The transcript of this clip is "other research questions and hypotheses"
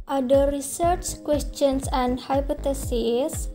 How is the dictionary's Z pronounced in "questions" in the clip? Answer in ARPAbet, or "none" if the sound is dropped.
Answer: S